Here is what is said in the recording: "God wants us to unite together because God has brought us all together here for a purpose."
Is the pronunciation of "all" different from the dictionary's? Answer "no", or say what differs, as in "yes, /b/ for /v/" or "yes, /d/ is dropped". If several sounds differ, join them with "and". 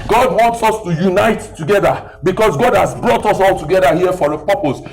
no